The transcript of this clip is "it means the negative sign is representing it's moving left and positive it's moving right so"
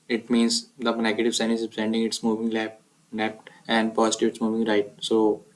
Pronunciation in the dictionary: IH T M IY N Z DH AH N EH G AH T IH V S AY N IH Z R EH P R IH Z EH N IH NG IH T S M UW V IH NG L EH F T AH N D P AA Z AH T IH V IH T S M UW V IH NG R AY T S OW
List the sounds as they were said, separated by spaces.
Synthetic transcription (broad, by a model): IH T M IY N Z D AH N EH G AH T IH V S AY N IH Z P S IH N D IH NG IH T S M UW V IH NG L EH P T AH N D P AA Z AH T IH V IH T S M UW V IH NG R AY T S OW